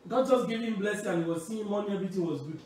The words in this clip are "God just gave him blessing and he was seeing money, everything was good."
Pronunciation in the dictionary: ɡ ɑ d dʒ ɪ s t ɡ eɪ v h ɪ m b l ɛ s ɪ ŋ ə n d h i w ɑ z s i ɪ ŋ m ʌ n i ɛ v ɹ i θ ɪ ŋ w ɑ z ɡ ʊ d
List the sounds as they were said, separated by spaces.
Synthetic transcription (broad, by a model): ɡ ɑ d dʒ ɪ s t ɡ eɪ v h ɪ m b l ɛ s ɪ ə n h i w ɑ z s i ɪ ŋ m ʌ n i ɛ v ɹ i t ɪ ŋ w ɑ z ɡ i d